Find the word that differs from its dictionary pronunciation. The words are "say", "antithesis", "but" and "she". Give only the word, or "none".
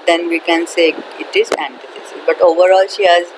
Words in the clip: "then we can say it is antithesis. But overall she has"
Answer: antithesis